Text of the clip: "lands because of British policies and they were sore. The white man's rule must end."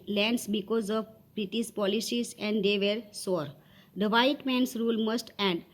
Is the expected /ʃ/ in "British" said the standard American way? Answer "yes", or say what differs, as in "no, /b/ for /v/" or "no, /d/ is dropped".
no, /s/ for /ʃ/